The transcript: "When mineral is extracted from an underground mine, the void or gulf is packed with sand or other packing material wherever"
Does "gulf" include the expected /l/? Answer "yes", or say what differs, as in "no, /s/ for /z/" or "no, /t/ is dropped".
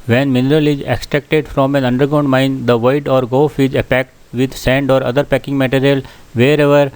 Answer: no, /l/ is dropped